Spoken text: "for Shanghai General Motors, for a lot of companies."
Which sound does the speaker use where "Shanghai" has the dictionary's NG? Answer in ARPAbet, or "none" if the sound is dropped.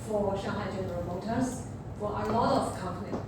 none